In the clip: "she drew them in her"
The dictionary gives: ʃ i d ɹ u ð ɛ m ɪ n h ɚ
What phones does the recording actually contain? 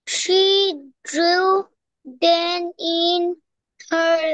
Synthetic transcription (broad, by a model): ʃ i d ɹ u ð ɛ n ɪ n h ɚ